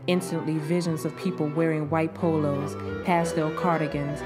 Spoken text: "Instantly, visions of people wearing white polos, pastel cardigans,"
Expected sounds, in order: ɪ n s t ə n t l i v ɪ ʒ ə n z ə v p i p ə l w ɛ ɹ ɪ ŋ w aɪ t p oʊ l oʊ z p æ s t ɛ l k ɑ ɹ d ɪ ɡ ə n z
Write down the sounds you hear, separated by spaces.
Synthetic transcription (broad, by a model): ɪ n s t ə n t l i v ɪ ʒ ə n z ə v p i p l w ɛ ɹ ɪ ŋ w aɪ t p oʊ l oʊ z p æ s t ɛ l k ɑ ɹ d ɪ ɡ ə n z